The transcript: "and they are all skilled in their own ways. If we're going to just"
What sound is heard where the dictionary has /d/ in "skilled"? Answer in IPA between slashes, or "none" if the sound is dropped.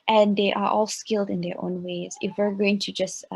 /d/